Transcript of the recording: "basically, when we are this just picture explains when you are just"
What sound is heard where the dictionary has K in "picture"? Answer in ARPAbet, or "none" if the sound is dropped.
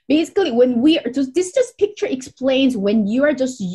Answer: K